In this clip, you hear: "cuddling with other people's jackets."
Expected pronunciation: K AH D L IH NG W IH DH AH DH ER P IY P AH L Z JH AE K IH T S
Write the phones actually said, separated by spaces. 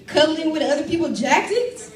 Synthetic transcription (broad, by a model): K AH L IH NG W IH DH AH DH ER P IY P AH L JH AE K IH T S